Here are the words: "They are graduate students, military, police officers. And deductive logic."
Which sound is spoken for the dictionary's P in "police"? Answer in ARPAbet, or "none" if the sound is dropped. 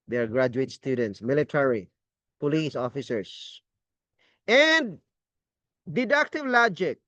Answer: P